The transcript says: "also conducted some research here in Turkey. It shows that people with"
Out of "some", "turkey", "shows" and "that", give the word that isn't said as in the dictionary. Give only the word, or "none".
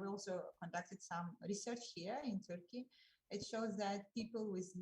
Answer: none